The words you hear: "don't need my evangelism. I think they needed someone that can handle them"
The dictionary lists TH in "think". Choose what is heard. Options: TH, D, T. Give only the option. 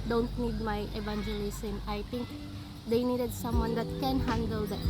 T